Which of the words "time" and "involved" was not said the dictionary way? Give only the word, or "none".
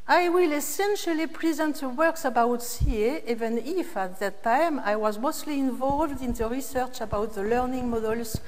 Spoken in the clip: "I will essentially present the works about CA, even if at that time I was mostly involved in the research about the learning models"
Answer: none